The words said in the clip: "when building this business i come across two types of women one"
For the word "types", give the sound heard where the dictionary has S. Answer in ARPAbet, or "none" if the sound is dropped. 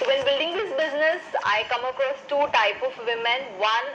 none